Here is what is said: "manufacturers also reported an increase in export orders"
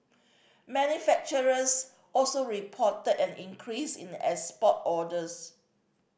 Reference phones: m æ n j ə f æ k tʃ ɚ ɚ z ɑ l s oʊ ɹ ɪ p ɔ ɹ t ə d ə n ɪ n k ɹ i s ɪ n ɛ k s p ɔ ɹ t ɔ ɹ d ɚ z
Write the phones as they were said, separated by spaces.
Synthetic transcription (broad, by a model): m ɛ n j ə f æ k tʃ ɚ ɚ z ɑ l s oʊ ɹ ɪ p ɔ t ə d ə n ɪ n k ɹ i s ɪ n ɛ s p ɔ t ɔ d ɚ s